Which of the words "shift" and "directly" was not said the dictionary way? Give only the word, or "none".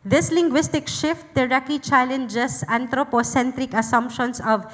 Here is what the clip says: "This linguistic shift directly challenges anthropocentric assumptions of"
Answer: directly